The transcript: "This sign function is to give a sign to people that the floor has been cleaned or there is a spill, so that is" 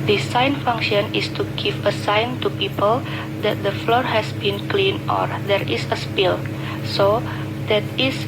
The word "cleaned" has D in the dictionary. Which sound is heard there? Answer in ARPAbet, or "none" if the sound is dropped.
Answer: none